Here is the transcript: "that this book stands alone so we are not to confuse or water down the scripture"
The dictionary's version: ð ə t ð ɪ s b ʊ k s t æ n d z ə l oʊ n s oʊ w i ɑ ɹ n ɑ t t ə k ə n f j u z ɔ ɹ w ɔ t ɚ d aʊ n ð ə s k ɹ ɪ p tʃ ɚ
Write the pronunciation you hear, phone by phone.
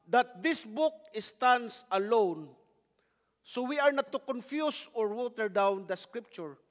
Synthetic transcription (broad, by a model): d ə t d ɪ s b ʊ k s t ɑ n d s ə l oʊ n s oʊ w i ɑ ɹ n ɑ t t ə k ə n f j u s ɔ ɹ w ɔ t ɚ d aʊ n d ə s k ɹ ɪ p tʃ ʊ